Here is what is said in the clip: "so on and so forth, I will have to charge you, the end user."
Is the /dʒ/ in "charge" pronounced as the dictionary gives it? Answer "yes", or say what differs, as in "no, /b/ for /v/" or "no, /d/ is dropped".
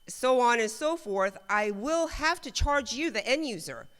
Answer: yes